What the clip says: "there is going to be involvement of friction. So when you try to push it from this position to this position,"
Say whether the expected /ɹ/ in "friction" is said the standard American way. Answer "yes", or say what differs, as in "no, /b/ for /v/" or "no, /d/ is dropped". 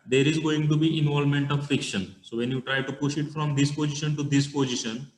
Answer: no, /ɹ/ is dropped